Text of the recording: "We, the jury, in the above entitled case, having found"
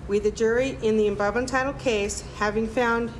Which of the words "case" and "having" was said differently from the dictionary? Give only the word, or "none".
none